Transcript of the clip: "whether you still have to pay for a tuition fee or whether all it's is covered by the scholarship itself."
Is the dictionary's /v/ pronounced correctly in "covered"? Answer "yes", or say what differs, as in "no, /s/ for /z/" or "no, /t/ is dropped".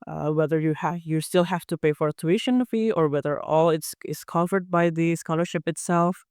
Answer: no, /f/ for /v/